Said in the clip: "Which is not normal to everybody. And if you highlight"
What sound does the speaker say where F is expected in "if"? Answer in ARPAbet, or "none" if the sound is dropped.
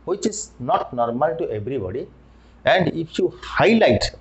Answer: P